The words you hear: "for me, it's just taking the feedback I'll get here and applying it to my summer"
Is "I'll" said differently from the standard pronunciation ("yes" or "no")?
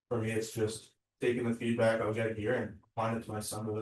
yes